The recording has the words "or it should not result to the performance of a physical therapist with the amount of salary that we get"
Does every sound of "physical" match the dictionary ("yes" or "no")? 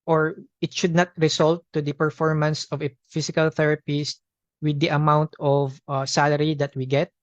no